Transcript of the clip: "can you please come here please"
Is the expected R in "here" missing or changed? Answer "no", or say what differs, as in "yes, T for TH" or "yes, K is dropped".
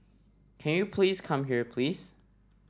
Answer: no